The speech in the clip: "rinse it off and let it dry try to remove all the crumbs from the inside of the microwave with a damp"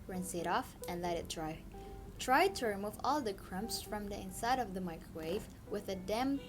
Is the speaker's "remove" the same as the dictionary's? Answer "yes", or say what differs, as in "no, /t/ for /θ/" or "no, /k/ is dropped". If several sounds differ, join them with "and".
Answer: yes